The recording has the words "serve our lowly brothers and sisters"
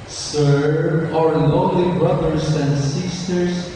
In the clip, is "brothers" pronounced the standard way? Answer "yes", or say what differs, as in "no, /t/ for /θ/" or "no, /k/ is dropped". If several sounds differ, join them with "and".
yes